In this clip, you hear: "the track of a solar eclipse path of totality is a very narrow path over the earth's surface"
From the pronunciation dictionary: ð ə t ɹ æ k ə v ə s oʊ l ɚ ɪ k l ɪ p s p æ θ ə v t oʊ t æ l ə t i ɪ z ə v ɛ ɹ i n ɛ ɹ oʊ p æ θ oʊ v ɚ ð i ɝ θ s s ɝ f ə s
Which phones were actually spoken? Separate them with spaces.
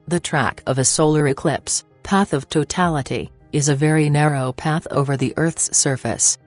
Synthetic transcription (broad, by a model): ð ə t ɹ æ k ə v ə s oʊ l ɚ ɪ k l ɪ p s p æ θ ə v t oʊ t æ l ə t i ɪ z ə v ɛ ɹ i n ɛ ɹ oʊ p æ θ oʊ v ɚ ð i ɝ θ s s ɝ f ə s